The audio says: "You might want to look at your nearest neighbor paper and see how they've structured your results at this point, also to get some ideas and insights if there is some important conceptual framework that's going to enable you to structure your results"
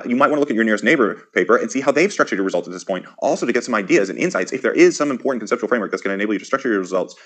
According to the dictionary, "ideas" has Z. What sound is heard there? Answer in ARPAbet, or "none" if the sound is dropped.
Z